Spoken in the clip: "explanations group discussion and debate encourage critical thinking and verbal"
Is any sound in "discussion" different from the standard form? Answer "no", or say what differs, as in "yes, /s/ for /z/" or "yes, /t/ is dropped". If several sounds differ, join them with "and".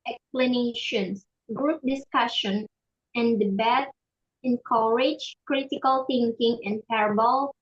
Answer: no